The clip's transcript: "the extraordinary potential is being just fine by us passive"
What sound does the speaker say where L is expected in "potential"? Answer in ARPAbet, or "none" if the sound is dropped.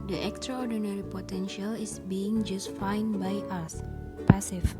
L